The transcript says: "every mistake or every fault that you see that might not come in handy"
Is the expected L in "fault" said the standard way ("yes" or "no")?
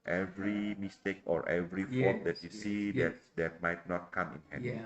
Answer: no